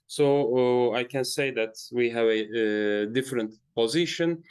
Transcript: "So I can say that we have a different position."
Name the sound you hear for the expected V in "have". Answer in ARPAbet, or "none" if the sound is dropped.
V